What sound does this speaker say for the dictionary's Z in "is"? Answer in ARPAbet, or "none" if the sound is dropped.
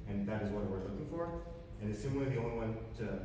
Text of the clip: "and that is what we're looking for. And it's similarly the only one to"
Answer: Z